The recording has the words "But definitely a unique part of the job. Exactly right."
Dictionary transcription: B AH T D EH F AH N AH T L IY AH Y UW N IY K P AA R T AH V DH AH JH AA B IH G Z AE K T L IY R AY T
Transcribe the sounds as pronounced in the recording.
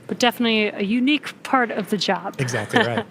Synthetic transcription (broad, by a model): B AH T D EH F AH N AH T L IY AH Y UW N IY K P AA R T AH V DH AH JH AA B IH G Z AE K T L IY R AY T